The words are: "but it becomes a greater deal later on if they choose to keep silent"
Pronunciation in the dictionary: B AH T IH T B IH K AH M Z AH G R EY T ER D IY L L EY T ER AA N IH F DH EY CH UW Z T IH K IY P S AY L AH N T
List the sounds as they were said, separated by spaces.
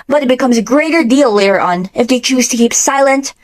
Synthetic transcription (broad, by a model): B AH T IH T B IH K AH M Z AH G R EY T ER D IY L L EY T ER AA N IH F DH EY CH UW Z T IH K IY P S AY L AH N T